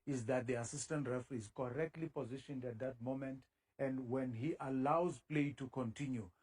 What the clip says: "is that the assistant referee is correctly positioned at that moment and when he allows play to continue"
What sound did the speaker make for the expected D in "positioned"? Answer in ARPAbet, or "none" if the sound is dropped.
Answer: D